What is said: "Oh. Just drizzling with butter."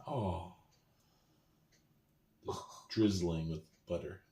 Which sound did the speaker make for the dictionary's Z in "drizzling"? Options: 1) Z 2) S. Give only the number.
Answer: 1